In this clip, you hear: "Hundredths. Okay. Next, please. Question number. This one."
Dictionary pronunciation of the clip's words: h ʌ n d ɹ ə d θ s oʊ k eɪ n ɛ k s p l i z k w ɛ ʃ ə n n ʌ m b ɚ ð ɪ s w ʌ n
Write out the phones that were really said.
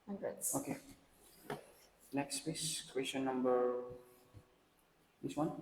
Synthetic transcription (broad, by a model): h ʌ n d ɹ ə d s oʊ k eɪ n ɛ k s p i s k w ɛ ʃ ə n n ʌ m b ɚ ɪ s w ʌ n